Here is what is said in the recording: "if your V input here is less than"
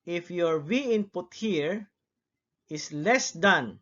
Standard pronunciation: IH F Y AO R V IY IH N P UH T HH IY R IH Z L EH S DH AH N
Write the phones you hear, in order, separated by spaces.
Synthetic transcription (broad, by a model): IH F Y AO R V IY IH N P UH T HH IY R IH S L EH S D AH N